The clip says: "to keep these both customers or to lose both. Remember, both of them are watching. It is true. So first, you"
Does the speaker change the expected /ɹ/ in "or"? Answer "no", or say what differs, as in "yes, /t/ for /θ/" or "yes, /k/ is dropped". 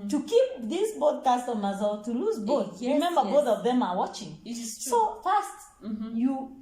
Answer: yes, /l/ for /ɹ/